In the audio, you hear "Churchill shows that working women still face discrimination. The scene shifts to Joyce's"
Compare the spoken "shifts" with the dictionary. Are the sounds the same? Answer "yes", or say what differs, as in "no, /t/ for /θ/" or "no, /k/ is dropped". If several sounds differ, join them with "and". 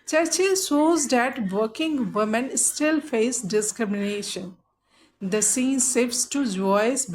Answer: no, /s/ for /ʃ/